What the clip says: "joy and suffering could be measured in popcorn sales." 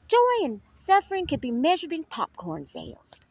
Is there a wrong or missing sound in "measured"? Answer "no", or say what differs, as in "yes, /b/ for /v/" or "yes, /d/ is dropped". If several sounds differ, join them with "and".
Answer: no